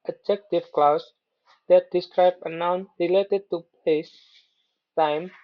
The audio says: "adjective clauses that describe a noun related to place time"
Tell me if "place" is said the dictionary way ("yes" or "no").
no